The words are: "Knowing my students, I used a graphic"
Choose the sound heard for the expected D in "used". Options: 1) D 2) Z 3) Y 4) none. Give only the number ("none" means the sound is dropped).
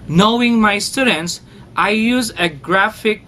4